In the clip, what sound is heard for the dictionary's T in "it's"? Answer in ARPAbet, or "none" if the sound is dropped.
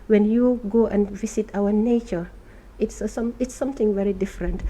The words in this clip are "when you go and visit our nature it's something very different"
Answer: T